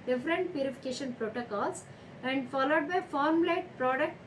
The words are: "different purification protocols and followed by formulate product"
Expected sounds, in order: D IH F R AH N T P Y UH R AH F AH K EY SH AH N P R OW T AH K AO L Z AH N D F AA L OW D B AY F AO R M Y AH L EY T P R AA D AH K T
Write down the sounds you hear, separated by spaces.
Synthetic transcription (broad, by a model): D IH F R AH N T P Y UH R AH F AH K EY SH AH N P R OW T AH K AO L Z AH N D F AA L OW D B AY F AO R M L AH IH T P R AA D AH K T